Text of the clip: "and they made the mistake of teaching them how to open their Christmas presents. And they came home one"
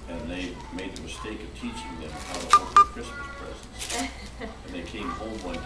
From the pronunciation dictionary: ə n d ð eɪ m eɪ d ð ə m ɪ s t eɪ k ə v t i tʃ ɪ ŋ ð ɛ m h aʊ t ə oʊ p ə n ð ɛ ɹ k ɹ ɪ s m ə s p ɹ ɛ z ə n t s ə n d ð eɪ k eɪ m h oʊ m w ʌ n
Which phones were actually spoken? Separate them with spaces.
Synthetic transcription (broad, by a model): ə n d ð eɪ m eɪ d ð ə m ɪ s t eɪ k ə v t i tʃ ɪ ŋ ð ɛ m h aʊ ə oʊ ə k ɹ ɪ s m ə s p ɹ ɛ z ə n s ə n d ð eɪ k eɪ m h oʊ m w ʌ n